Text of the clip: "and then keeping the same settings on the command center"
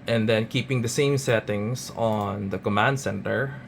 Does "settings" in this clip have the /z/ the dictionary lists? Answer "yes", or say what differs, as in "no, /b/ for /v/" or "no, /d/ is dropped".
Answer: no, /s/ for /z/